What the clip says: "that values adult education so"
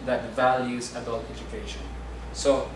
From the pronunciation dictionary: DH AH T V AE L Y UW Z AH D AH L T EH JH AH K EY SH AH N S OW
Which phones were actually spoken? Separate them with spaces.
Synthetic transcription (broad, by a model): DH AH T V AE L Y UW Z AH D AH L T EH JH AH K EY SH AH N S OW